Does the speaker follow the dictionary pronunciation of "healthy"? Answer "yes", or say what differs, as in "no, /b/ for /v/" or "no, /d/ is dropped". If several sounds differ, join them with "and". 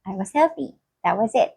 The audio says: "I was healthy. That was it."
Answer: no, /f/ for /θ/